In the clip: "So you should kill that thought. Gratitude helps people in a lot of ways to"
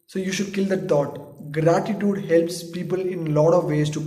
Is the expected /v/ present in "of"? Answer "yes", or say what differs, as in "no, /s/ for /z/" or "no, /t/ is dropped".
yes